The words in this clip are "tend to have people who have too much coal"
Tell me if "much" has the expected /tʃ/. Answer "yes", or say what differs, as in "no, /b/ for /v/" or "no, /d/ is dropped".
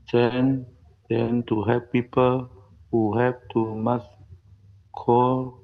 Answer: no, /s/ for /tʃ/